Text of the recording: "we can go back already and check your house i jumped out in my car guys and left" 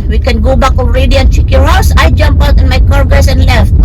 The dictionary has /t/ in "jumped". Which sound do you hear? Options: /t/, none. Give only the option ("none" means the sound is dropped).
none